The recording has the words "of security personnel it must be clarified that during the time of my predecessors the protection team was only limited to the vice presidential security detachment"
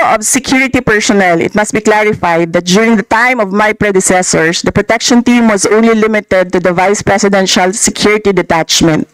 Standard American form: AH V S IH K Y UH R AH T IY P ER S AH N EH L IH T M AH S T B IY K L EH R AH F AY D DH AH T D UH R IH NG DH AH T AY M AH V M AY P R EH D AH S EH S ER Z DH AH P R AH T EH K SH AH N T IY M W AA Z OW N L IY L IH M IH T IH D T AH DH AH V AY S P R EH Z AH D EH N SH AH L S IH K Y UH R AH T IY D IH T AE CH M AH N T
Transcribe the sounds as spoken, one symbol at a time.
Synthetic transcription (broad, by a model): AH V S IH K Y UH R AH T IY P ER S AH N EH L IH T M AH S T B IY K L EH R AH F AY D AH T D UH R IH NG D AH T AY M AH V M AY P R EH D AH S EH S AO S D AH P R AH T EH K SH AH N T IY M W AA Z OW N L IY L IH M IH T IH D T AH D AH V AY S P R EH S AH D EH N SH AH L S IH K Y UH R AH T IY D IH T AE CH M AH N T